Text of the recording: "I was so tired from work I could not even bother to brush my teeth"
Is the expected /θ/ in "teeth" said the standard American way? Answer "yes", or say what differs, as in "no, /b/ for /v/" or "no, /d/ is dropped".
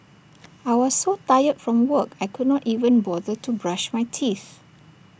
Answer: yes